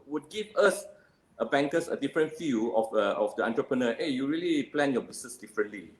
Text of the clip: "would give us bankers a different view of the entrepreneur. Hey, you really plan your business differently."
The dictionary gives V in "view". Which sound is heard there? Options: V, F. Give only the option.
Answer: F